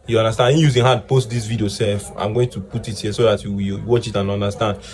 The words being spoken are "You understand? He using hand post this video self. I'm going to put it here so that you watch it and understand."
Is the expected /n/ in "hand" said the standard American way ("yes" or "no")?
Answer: no